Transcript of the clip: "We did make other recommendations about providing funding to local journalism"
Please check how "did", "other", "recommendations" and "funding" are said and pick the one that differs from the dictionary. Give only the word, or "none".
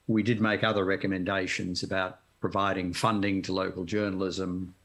none